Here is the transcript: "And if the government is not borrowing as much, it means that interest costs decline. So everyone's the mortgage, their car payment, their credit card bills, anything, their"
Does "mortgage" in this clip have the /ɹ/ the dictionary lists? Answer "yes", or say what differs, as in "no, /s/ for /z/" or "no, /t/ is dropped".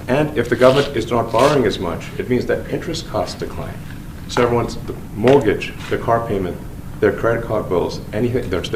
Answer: no, /l/ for /ɹ/